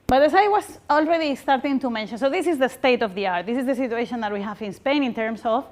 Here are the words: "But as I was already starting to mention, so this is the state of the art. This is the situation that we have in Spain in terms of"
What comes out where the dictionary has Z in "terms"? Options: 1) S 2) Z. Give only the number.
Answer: 1